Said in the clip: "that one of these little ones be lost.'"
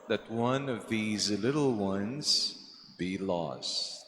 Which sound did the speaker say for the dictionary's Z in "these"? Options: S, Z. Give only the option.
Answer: Z